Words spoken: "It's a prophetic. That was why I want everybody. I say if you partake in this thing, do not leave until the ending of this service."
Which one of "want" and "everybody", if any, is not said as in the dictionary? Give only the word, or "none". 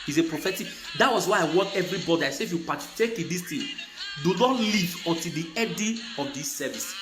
want